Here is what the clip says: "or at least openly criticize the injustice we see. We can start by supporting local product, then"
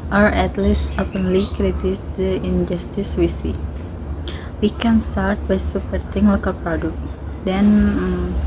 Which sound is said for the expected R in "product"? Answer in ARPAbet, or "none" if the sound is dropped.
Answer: R